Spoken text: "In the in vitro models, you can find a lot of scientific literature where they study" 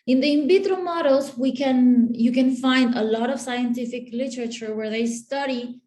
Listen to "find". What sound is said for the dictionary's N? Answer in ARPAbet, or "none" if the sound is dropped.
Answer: N